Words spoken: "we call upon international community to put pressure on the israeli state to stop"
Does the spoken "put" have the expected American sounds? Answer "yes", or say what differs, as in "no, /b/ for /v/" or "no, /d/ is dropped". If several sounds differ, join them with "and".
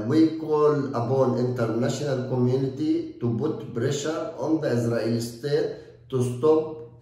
no, /b/ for /p/